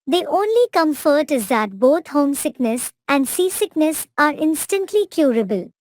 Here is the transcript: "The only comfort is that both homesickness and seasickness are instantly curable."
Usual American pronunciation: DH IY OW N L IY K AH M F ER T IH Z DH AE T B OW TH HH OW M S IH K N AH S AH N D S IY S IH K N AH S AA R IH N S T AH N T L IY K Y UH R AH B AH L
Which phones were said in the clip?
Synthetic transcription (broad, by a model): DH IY OW N L IY K AH M F ER T IH Z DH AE T B OW T HH OW M S IH K N AH S AH N D S IY S IH K N AH S AA R IH N S T AH N T L IY K Y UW R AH B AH L